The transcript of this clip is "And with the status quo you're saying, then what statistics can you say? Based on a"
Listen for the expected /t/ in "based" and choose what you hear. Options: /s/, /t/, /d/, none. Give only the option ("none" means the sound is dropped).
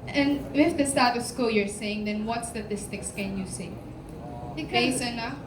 none